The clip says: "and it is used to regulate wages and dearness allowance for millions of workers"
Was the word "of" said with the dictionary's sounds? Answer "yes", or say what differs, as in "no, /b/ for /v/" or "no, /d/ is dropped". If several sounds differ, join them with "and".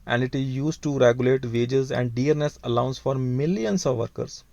yes